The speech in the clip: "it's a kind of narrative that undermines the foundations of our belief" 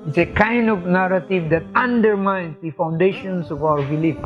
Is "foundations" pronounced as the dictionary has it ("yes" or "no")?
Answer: no